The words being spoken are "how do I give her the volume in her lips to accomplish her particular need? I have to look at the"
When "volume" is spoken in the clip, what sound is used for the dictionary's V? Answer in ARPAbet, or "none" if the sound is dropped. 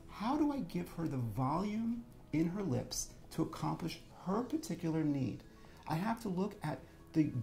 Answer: V